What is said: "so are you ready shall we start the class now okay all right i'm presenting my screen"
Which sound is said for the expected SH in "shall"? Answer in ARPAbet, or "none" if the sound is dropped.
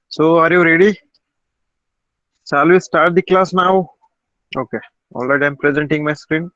S